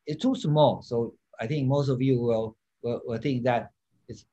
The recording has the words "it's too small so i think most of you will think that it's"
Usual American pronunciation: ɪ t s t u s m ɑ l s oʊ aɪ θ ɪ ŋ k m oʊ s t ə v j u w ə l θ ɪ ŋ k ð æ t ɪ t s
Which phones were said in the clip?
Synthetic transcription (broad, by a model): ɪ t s t u s m ɑ l s oʊ aɪ θ ɪ ŋ k m oʊ s t ə v j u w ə w θ ɪ ŋ k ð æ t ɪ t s